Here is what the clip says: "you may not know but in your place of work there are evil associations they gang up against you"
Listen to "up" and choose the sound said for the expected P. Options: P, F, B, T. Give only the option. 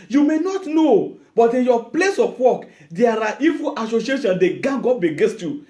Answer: B